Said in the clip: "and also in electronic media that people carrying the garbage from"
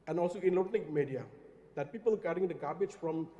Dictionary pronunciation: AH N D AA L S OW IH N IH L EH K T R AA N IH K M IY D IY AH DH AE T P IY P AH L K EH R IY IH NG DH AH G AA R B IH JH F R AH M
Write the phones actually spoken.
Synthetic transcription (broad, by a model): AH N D AA L S OW IH N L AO T AH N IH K M IY D IY AH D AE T P IY P AH L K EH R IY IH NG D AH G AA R B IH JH F R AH M